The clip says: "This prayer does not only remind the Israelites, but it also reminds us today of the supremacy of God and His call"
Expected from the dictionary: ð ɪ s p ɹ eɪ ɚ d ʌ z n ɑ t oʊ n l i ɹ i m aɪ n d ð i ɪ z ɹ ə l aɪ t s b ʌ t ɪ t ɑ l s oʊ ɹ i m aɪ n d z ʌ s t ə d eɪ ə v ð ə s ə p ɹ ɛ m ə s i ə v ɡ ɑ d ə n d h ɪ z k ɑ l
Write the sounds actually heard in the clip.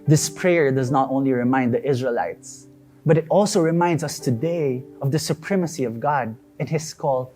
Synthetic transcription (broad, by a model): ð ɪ s p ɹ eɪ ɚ d ʌ z n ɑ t oʊ n l i ɹ i m aɪ n d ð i ɪ z ɹ ə l aɪ t s b ʌ t ɪ t ɑ l s oʊ ɹ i m aɪ n d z ʌ s t ə d eɪ ə v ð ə s ə p ɹ ɛ m ə s i ə v ɡ ɑ d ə n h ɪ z k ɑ l